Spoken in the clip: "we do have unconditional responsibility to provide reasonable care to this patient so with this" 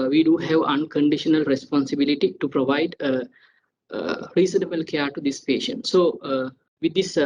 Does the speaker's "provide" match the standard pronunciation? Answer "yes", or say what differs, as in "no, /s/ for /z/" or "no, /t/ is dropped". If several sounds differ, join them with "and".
yes